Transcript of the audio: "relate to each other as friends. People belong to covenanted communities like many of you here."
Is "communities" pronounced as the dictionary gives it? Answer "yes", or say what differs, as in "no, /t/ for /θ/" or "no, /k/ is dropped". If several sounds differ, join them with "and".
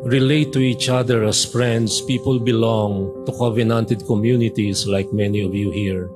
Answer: no, /s/ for /z/